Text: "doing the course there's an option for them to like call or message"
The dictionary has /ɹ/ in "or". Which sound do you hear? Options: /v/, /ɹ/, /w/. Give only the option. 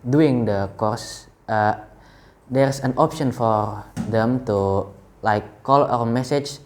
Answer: /w/